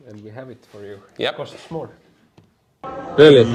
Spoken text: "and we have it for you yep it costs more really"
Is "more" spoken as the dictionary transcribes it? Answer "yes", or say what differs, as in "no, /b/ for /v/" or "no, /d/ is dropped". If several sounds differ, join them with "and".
no, /l/ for /ɹ/